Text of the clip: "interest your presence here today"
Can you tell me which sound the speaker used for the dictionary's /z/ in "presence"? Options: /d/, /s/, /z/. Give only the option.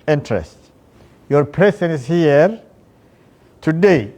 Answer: /s/